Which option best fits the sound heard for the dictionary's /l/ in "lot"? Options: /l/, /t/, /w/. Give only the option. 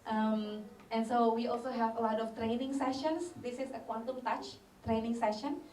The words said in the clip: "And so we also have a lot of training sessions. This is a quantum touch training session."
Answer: /l/